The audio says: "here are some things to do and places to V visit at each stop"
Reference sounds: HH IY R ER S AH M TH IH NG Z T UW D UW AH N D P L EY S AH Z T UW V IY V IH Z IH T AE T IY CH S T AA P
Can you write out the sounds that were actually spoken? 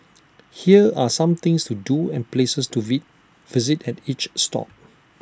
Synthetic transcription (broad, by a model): HH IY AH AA S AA M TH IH NG S T UW D UW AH N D P L EY S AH S T UW V IY V IH Z IH T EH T IY CH S T AA P